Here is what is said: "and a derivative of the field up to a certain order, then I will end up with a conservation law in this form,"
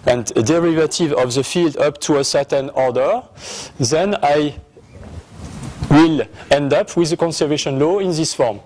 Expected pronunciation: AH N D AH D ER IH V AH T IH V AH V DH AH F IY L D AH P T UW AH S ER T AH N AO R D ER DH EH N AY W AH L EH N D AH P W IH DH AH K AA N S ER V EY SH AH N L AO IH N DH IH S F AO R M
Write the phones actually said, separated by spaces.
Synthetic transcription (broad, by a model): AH N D AH D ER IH V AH T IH V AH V DH AH F IY L D AH P T UW AH S ER T AH N AO R D ER DH EH N AY W AH L EH N D AH P W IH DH AH K AA N S ER V EY SH AH N L AO IH N DH IH S F AO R M